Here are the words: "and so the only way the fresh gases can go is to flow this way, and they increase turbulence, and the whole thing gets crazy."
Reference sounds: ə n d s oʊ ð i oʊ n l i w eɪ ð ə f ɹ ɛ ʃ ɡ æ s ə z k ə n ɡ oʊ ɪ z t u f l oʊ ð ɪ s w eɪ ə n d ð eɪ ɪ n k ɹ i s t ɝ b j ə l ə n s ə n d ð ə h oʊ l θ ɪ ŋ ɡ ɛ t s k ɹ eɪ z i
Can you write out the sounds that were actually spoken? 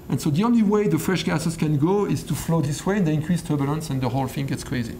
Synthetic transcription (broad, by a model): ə n s oʊ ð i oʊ n l i w eɪ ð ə f ɹ ɛ ʃ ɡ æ s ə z k ə n ɡ oʊ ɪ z t u f l oʊ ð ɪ s w eɪ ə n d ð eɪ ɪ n k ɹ i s t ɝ b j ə l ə n s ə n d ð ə h oʊ l f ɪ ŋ ɡ ɛ t s k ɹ eɪ z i